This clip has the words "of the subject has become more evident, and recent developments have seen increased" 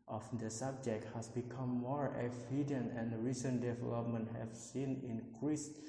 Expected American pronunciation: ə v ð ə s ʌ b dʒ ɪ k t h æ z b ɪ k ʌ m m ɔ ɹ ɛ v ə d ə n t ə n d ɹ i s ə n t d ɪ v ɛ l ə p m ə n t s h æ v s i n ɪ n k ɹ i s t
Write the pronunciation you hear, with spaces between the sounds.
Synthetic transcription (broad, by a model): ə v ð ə s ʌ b dʒ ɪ k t h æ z b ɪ k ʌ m m ɔ ɹ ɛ f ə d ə n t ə n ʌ ɹ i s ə n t d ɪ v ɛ l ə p m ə n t h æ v s i n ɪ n k ɹ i s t